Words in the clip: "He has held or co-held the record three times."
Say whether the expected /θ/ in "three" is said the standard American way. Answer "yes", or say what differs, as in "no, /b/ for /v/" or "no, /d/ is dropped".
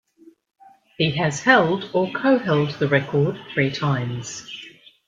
yes